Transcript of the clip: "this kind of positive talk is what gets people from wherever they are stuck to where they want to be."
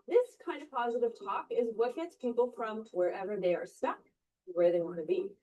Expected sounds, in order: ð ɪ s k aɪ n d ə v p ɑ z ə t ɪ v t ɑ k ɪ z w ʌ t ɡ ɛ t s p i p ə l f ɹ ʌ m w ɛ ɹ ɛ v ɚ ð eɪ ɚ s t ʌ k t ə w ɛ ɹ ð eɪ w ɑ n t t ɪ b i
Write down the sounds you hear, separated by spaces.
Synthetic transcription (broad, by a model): ð ɪ s k aɪ n d ə v p ɑ z ə t ɪ v t ɑ k ɪ z w ʌ t ɡ ɛ t s p i p l f ɹ ʌ m w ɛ ɹ ɛ v ɚ ð eɪ ɚ s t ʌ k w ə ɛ ɹ ð eɪ w ɑ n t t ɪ b i